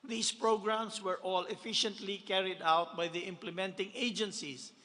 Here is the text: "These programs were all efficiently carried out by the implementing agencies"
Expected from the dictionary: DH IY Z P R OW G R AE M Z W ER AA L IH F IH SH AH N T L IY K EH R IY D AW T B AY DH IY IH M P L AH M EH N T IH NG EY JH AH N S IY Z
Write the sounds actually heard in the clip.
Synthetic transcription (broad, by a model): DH IY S P R OW G R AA M S W ER AA L IH F IH SH AH N T L IY K EH R IY D AW T B AY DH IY IH M P L AH M EH N T IH NG EY JH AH N S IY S